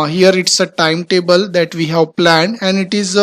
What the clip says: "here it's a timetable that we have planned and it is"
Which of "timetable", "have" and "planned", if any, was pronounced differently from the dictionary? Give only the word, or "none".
planned